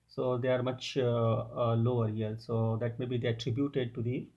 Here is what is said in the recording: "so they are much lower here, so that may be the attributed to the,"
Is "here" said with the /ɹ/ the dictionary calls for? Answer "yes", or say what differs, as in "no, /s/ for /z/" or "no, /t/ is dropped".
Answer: no, /l/ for /ɹ/